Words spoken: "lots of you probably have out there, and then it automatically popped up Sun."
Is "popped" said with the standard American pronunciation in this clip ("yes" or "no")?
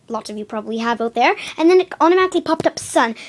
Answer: yes